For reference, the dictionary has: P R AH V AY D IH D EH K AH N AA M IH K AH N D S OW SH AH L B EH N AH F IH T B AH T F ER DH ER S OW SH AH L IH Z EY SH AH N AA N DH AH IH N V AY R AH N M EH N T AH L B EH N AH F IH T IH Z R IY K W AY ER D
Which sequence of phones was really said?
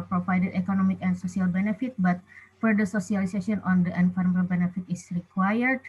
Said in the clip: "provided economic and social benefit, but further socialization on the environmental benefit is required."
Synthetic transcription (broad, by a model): P R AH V AY D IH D EH K AH N AA M IH K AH N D S OW S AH L B EH N AH F IH T B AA T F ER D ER S OW S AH L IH S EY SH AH AA N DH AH N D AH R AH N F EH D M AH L B EH N AH F IH T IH S R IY K W AY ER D